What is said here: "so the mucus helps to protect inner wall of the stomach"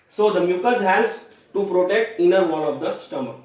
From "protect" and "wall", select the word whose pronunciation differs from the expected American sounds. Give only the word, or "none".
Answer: wall